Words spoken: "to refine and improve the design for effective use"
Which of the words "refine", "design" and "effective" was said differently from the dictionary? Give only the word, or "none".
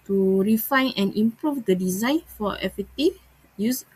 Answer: effective